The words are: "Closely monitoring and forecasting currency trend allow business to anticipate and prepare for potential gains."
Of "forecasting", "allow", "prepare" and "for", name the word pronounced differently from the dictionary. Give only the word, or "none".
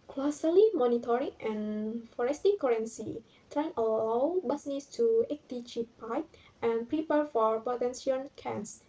forecasting